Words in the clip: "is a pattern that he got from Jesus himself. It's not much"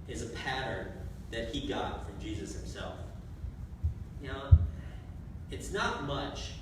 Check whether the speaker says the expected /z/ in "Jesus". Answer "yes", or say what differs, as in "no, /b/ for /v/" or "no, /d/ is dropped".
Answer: yes